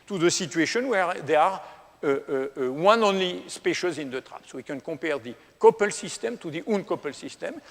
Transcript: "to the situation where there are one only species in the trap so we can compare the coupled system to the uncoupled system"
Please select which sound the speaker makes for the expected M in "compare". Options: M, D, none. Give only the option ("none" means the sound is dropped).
none